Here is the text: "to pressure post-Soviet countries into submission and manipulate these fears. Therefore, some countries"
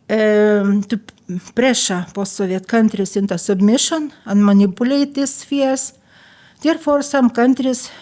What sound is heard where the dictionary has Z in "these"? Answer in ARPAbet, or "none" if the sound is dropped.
S